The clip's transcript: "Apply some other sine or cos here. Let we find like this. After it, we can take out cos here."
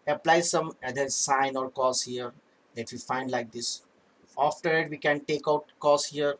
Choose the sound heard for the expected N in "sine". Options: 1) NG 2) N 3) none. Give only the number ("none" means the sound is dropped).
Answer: 2